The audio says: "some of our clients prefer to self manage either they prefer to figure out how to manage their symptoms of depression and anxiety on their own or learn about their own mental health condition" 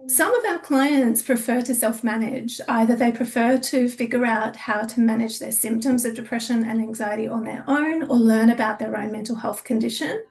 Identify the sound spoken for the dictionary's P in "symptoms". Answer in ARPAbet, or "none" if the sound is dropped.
P